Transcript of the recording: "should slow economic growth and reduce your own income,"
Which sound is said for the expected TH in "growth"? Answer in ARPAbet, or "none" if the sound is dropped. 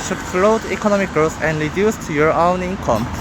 S